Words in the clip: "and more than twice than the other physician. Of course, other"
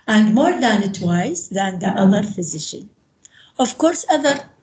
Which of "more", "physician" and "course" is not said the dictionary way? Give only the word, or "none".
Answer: none